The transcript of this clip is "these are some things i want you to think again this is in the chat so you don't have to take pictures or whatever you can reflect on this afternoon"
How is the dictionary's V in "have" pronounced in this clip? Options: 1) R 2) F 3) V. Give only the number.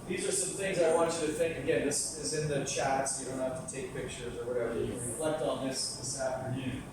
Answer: 2